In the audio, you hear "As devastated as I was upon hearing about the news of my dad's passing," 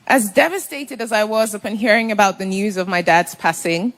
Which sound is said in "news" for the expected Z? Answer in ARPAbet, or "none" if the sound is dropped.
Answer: Z